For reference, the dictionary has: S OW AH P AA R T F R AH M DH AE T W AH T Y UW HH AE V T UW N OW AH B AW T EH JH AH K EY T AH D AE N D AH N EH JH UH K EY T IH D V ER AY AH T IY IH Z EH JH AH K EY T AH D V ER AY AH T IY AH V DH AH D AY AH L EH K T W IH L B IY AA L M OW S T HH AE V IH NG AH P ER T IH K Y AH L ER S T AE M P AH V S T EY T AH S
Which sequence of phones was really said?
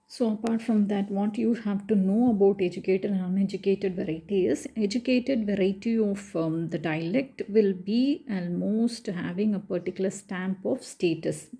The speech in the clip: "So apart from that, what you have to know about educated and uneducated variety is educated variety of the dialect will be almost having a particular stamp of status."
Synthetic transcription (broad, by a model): S OW AH P AA R T F R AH M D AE T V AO T Y UW HH AE V T UW N OW AH B AW T EH JH AH K EY T AH D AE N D AH N EH JH UH K EY T IH D V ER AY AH T IY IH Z EH JH AH K EY T AH D V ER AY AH T IY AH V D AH D AY AH L EH K T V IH L B IY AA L M OW S T HH AE V IH NG AH P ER T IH K Y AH L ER S T AE M P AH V S T EY T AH S